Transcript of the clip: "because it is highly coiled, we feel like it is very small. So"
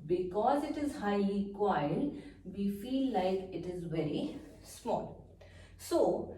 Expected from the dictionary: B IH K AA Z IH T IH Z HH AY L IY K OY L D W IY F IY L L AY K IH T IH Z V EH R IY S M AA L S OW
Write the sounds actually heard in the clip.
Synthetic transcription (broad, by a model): B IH K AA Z IH T IH Z HH AY L IY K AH N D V IY F IY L L AY K IH T IH Z V EH R IY S M AA L S OW